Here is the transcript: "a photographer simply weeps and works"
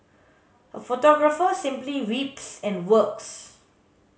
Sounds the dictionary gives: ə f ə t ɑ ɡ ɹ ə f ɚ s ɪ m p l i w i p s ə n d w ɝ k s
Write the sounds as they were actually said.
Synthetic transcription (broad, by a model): ə f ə t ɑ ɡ ɹ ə f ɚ s ɪ m p l i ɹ i p s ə n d w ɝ k s